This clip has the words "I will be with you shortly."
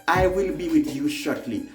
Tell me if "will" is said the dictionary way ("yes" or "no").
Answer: yes